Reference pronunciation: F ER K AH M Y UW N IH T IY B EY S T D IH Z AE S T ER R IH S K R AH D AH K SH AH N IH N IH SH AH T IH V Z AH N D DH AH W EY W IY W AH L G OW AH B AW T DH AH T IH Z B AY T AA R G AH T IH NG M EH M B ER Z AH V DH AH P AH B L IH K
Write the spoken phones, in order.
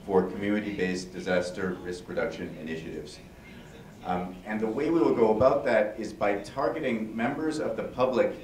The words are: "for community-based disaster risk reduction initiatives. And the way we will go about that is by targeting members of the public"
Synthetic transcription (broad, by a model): F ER K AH M Y UW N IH T IY B EY S D IH Z AE S T ER R IH S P R AH D AH K SH AH N IH N IH SH AH T IH V Z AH N DH AH W EY W IY W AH L G OW AH B AW T DH AH T IH Z B AY T AA R G AH T IH NG M EH M B ER Z AH V DH AH P AH B L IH K